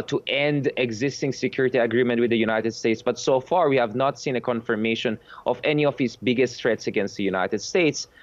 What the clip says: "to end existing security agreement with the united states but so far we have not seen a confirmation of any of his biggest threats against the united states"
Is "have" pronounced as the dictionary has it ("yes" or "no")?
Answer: yes